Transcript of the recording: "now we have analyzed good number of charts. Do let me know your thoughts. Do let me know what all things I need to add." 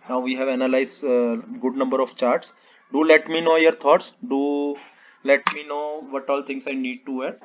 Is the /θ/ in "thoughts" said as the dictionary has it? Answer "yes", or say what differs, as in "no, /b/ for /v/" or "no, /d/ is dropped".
no, /t/ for /θ/